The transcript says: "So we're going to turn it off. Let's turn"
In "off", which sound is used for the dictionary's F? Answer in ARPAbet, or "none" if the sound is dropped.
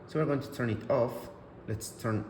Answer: F